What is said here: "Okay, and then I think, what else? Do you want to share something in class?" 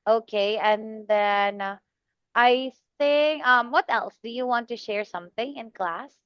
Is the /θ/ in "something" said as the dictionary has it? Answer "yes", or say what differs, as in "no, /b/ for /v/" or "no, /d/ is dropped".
yes